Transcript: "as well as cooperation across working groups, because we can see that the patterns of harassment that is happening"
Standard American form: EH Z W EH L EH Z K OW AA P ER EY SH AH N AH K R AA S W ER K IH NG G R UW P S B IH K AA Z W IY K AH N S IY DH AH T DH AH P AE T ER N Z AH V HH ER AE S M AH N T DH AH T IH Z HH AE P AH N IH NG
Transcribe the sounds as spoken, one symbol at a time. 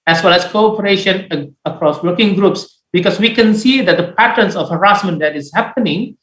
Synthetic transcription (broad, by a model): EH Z W EH L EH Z K OW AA P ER EY SH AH N AH K R AA S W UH K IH NG G R UW P S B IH K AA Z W IY K AH N S IY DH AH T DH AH P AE T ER N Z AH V HH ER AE S M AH N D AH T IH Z HH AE P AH N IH NG